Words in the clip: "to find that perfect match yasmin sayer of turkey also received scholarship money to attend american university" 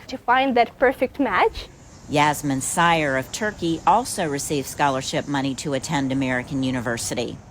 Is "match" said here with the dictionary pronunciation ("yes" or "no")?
yes